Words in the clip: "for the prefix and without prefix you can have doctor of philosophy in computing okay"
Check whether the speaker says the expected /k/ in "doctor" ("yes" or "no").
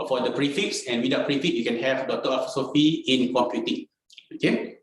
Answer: no